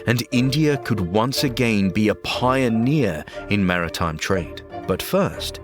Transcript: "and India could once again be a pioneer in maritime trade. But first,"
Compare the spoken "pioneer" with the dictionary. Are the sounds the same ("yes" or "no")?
yes